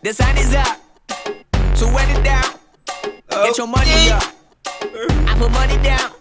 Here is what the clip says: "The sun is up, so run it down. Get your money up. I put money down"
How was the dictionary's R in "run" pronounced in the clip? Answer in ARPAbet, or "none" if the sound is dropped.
W